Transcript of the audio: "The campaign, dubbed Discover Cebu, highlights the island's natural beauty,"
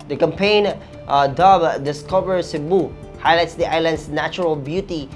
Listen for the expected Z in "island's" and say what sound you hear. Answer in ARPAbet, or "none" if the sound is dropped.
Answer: S